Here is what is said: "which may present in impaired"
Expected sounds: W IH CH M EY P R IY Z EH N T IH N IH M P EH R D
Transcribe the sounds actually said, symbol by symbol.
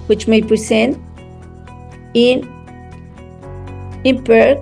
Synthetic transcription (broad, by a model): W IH CH M EY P R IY S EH N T IH N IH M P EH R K